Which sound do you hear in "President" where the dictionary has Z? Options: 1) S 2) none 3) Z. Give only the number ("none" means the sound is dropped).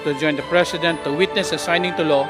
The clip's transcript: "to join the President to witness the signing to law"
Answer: 1